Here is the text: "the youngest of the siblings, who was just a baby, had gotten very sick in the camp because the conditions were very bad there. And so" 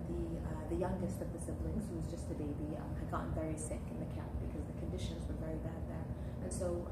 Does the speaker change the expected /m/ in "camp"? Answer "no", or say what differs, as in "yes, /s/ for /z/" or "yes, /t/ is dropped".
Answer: yes, /m/ is dropped